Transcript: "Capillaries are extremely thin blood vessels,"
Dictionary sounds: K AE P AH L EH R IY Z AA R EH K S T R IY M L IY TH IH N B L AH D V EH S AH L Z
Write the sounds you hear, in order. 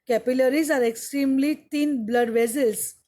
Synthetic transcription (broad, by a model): K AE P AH L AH R IY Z AA R EH K S T R IY M L IY T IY N B L AH D V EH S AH L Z